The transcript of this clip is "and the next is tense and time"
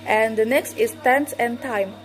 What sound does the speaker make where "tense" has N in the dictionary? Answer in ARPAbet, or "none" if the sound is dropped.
N